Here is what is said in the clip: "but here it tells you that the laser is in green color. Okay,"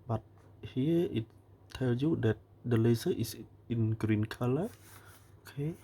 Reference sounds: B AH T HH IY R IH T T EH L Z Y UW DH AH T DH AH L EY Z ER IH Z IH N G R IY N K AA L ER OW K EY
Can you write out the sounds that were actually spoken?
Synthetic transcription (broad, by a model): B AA T HH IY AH IH T T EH L S Y UW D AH T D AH L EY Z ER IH S IH N G R IY N K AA L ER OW K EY